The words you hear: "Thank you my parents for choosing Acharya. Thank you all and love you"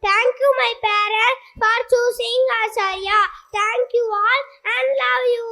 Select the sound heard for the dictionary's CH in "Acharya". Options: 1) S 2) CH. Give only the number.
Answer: 1